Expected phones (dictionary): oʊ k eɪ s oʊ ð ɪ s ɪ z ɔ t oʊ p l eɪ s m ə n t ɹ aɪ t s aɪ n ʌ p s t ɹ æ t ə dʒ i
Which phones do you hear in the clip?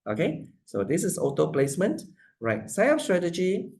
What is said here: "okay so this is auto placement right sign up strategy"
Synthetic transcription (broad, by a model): oʊ k eɪ s oʊ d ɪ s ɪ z ɔ t oʊ p l eɪ s m ə n t ɹ aɪ t s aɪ ʌ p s t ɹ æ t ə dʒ i